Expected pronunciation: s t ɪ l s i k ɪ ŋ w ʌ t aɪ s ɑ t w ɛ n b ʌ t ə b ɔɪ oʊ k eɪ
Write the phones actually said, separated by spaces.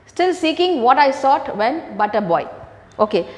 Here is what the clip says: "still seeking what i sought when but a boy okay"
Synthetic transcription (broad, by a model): s t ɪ l s i k ɪ ŋ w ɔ t aɪ s ɑ t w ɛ n b ʌ t ə b ɔɪ oʊ k eɪ